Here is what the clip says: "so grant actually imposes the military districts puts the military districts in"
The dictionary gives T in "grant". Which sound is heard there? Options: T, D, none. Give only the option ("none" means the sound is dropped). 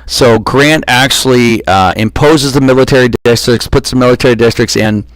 T